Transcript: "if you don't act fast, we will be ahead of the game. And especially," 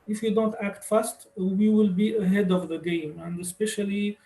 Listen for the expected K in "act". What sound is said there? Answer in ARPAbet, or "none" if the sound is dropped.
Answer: K